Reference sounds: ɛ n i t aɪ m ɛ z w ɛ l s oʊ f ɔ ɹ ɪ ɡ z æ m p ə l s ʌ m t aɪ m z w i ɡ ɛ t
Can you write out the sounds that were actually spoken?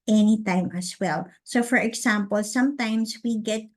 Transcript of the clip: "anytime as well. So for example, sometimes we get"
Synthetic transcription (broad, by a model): ɛ n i t aɪ m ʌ s w ɛ l s oʊ f ɔ ɹ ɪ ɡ s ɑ m p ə l s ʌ m t aɪ m s w i ɡ ɛ t